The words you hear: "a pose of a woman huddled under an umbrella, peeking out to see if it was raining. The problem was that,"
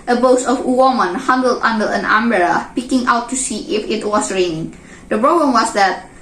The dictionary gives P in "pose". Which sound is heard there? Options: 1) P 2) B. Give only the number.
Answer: 2